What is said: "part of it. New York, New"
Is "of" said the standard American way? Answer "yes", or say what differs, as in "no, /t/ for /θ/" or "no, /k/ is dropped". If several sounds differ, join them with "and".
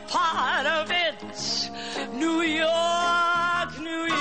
yes